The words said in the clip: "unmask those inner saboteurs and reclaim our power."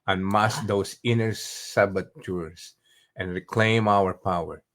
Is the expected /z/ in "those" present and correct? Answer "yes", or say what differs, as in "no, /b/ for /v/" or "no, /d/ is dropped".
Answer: no, /s/ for /z/